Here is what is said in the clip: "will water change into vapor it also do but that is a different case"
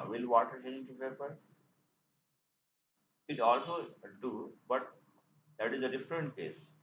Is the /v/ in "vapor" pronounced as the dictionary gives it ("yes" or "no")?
no